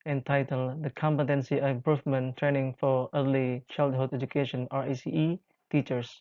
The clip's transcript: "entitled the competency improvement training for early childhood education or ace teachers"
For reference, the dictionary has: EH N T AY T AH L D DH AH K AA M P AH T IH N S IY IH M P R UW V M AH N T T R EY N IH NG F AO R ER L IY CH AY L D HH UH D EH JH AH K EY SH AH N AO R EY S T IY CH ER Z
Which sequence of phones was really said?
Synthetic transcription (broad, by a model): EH N T AY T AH L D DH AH K AA M P AH T IH N S IY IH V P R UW F M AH N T T R EY N IH NG F AO R ER L IY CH AY L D HH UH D EH JH AH K EY SH AH N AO R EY S T IY CH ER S